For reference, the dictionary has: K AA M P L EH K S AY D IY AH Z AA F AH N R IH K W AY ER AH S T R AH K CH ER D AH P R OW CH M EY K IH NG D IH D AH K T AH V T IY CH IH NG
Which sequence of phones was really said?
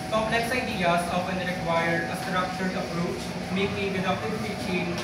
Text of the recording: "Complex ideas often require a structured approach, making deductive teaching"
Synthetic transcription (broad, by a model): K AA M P L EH K S AY D IY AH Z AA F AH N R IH K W AY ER AH S T R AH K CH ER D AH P R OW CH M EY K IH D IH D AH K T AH P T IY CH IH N